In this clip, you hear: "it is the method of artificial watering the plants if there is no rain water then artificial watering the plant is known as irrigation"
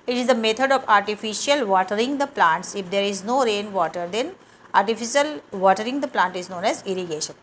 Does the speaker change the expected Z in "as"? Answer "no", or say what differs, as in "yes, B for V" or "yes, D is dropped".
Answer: no